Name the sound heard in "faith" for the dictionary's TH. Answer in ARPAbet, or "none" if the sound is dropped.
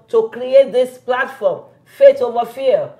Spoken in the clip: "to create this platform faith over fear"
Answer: T